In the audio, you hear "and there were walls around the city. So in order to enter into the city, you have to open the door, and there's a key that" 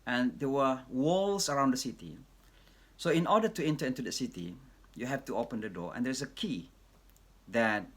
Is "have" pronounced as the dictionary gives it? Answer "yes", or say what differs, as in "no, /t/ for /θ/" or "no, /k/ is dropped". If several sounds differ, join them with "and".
no, /f/ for /v/